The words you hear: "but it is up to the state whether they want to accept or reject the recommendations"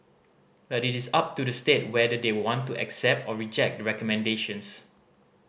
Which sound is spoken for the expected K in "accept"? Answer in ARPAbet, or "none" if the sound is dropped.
K